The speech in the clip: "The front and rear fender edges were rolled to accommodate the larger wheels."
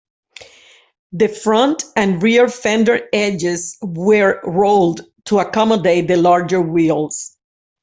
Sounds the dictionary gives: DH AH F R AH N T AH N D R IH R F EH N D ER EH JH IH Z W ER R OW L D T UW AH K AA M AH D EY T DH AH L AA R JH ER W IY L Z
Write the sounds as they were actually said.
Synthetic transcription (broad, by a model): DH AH F R AH N T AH N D R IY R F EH N D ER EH JH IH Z W ER R OW L D T UW AH K AA M AH D EY T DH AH L AA R JH ER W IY L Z